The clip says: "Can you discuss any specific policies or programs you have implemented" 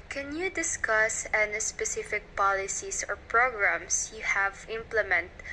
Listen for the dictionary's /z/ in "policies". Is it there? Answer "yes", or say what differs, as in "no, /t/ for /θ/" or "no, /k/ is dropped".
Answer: no, /s/ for /z/